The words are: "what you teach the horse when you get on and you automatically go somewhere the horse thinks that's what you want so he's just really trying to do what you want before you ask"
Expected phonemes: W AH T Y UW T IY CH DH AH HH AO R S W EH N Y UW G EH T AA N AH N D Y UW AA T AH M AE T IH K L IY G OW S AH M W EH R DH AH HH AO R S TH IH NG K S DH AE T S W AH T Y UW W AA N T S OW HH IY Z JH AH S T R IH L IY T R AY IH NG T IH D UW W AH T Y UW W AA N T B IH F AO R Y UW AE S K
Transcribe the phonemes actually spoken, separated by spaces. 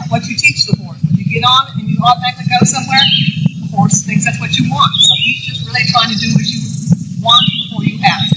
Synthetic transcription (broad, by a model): W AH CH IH T IY CH DH AH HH AO R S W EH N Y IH G EH T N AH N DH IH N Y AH AO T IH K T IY G OW S AH M W EH R DH AH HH AO R S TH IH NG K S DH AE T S W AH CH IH W AA N T S OW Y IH JH AH S T R IH L IY T R AY IH NG T IH D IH W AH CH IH W AA N T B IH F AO R Y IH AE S